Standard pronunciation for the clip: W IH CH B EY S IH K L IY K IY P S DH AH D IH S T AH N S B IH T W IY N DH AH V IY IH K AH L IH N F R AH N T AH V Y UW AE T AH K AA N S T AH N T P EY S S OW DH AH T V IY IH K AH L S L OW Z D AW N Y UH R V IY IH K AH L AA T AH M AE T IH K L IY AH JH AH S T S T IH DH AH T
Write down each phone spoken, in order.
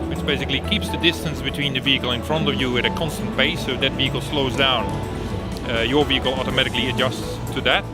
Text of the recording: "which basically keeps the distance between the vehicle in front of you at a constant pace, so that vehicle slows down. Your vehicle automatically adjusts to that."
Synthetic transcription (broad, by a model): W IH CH B EY S IH K L IY K IY P S DH AH D IH S T AH N S B IH T W IY N DH AH V IY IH K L IH N F R AH N T AH V Y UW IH T AH K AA N S T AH N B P EY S S OW DH AH T V IY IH K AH L S L OW Z D AW N Y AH R V IY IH K L AA T AH M AE T IH K L IY AH JH AH S T S T IH DH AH T